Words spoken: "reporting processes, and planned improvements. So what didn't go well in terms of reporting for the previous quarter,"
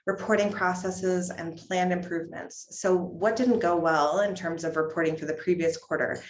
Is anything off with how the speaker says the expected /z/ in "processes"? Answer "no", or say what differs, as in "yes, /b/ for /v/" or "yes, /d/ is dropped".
no